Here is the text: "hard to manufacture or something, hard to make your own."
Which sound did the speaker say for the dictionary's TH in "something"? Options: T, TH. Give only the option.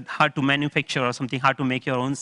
T